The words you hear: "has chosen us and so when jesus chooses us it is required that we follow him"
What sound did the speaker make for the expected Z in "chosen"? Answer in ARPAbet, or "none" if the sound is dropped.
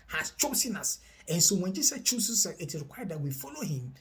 S